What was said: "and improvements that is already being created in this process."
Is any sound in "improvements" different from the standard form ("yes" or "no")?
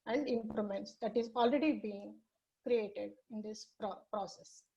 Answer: yes